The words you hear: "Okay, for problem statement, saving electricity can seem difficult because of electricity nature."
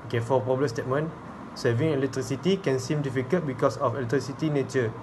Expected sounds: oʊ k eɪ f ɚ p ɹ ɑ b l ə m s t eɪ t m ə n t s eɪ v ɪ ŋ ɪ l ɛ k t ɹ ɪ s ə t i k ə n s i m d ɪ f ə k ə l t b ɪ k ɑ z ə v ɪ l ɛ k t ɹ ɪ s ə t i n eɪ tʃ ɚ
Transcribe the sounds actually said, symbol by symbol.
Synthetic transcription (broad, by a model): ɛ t f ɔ p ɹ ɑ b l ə s t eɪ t m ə n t s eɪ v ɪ ŋ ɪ l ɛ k t ɹ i s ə t i k ə n s i m d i f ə k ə t b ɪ k ɑ s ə f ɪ l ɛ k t ɹ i s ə t i n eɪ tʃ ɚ